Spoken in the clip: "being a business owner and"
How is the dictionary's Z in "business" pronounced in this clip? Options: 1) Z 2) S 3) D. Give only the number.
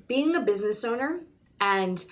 1